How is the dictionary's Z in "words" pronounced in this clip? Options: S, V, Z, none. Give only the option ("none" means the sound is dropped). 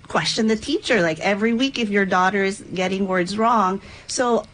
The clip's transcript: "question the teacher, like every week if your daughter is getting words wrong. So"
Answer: Z